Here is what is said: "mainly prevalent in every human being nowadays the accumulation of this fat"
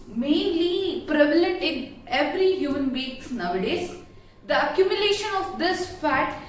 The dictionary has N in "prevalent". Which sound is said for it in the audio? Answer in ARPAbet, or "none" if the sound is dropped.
none